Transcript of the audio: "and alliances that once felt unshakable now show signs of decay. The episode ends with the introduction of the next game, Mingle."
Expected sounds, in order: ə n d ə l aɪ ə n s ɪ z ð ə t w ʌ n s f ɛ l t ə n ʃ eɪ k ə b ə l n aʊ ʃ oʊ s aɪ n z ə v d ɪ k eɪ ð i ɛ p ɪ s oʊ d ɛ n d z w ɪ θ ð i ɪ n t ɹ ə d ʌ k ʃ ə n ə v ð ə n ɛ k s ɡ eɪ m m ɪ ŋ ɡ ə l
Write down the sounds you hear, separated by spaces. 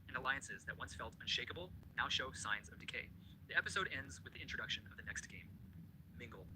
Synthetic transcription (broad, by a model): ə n ə l aɪ ə n s ɪ z ð ə t w ʌ n s f ɛ l t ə n ʃ eɪ k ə b l n aʊ ʃ oʊ s aɪ n z ə v d ɪ k eɪ ð i ɛ p ɪ s oʊ d ɛ n d z w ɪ ð i ɪ n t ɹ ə d ʌ k ʃ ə n ə v ð ə n ɛ k s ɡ eɪ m m ɪ ŋ ɡ l